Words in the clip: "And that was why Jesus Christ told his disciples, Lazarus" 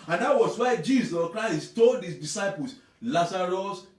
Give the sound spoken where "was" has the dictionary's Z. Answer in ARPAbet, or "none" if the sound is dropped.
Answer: S